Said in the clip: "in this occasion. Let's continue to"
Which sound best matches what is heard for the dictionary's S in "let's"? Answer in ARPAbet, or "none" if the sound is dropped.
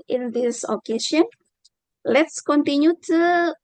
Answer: S